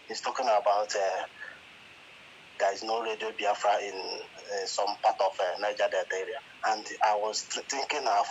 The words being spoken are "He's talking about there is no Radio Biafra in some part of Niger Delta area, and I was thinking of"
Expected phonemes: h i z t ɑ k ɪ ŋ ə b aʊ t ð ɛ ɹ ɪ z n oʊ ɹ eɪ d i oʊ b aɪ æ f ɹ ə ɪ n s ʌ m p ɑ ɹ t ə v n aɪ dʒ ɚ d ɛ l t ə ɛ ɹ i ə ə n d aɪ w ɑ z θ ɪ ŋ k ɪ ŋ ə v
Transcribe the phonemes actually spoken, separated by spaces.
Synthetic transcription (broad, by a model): h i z t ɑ k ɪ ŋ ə b aʊ t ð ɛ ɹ ɪ z n oʊ ɹ eɪ d i oʊ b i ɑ f ɹ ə ɪ n s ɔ m p ɑ t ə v n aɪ dʒ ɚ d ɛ t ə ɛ ɹ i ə ə n d aɪ w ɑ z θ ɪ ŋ k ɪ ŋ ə